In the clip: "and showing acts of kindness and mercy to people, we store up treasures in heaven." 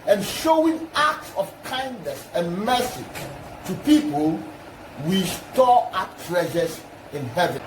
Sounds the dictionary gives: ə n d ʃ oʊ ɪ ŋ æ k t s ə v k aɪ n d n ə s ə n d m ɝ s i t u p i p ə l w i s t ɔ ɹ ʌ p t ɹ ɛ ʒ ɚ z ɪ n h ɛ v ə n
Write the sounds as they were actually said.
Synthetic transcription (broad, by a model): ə n ʃ oʊ ɪ ŋ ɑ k t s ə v k aɪ n d n ə s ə n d m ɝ s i t u p i p ə l w i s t ɔ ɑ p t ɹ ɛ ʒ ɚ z ɪ n h ɛ v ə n